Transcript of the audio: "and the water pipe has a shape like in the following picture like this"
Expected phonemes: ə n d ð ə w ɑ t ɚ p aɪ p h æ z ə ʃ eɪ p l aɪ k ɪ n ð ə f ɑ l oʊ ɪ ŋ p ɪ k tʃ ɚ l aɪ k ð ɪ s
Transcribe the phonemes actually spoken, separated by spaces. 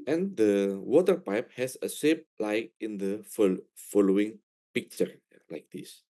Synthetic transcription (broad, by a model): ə n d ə w ɑ t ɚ p aɪ p h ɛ s ə s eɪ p l aɪ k ɪ n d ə f ɑ l oʊ ɪ ŋ p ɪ k tʃ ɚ l aɪ k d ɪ s